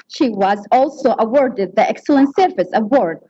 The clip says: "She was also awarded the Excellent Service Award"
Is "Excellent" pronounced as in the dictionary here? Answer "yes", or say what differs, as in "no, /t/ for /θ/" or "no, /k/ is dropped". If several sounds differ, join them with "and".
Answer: yes